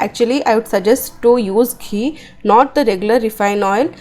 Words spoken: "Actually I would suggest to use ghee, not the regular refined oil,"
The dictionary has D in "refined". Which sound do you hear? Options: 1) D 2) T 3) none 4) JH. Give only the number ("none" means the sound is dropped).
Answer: 3